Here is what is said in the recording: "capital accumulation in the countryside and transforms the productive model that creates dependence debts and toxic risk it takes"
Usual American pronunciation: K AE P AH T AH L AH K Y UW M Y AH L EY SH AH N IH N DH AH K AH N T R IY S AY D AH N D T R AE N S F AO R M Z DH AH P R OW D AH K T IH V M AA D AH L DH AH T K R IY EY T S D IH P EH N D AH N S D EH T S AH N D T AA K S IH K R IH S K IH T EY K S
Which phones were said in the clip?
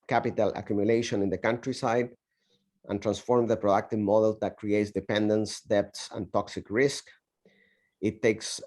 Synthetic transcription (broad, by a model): K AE P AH T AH L AH K Y UW M Y AH L EY SH AH N IH N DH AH K AH N T R IY S AY D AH N T R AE N S F AO R M DH AH P R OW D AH K T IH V M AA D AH L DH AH T K R IY EY T S D IH P EH N D AH N S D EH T S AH N T AA K S IH K R IH S K IH T EY K S